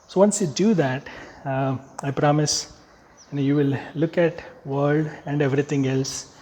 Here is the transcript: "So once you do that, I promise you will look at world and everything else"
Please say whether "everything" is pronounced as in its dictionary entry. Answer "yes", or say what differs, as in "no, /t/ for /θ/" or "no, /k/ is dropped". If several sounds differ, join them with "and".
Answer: no, /t/ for /θ/